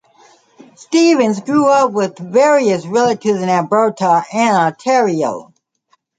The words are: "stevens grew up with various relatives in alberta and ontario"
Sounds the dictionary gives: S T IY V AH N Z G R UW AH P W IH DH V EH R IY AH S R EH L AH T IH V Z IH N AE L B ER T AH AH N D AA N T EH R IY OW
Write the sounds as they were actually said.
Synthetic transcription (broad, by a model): S T IY V AH N Z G R UW AH P W IH DH V EH R IY AH S R EH L AH T IH V Z IH N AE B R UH T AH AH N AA T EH R IY OW